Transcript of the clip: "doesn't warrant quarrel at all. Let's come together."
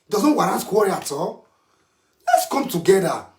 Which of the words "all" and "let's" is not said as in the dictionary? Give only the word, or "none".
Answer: none